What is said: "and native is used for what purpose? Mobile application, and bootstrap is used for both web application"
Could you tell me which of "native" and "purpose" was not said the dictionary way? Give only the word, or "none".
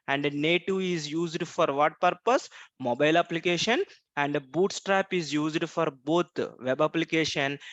native